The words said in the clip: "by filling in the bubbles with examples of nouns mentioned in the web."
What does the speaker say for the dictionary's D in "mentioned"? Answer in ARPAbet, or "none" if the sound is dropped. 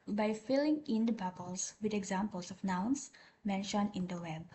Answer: none